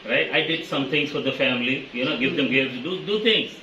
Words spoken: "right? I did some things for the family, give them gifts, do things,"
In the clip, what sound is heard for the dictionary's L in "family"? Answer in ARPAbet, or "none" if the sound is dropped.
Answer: N